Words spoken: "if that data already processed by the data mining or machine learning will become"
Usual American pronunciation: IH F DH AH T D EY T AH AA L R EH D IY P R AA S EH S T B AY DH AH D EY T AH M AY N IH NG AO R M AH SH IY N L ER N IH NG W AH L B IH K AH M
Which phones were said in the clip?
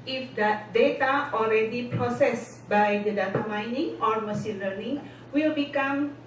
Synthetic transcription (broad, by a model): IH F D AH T D EY T AH AA L R EH D IY P R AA S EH S B AY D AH D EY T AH M AY N IH NG AO R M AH S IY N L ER N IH NG W AH L B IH K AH M